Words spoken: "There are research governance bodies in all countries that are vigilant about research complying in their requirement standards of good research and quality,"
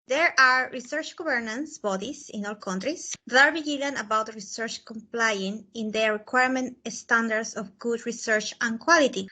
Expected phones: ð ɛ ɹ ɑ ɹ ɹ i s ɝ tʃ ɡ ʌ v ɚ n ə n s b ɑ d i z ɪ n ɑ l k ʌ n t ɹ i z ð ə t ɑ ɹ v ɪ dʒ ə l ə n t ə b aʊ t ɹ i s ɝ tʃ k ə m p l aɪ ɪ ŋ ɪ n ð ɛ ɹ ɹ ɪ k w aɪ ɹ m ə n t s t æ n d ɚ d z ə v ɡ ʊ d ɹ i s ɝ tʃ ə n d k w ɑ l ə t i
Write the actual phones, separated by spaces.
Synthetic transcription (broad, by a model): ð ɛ ɹ ɑ ɹ ɹ i s ɝ tʃ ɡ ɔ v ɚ n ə n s b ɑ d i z ɪ n ɑ l k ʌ n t ɹ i s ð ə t ɑ ɹ b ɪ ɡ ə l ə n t ə b aʊ t ɹ i s ɝ tʃ k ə m p l aɪ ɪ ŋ ɪ n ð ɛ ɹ ɹ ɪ k w aɪ ɹ m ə n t s t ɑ n d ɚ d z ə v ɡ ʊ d ɹ i s ɝ tʃ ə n k w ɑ l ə t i